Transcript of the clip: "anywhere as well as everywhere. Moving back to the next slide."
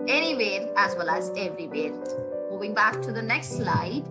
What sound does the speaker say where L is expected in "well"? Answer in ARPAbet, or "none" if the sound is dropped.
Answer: L